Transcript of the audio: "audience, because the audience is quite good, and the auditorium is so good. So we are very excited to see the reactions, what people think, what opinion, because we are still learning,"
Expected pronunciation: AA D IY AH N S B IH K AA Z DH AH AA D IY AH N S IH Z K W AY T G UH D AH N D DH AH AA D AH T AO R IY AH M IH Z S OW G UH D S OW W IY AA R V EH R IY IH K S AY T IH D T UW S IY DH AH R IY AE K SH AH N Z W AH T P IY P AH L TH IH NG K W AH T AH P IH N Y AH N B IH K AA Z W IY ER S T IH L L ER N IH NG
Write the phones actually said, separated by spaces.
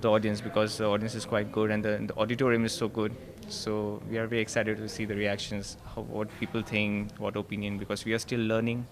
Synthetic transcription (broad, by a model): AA D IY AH N S B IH K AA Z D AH AA D IY AH N S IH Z K W AY T G UH D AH N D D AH AA D AH T AO R IY AH M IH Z S OW G UH D S OW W IY AA R V EH R IY IH K S AY T IH D T UW S IY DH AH R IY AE K SH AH N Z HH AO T P IY P AH L T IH NG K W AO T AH P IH N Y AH N B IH K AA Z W IY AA S T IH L L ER N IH NG